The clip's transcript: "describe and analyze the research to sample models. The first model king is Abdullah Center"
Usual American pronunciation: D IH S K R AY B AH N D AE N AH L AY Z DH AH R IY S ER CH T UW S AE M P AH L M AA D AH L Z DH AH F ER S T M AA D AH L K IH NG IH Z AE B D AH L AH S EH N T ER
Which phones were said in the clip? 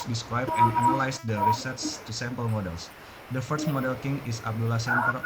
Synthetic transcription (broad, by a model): D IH S K R AY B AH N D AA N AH L AY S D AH R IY S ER S T UW S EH M P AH L M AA D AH L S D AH F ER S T M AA D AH L K IH NG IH S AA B D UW L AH S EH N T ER